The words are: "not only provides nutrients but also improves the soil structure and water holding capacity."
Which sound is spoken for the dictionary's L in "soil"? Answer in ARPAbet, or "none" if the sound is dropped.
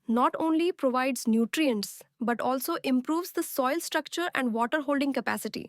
L